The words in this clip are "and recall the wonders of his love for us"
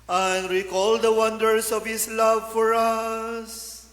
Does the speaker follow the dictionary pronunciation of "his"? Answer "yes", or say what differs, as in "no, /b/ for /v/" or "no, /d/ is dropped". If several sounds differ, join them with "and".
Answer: no, /s/ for /z/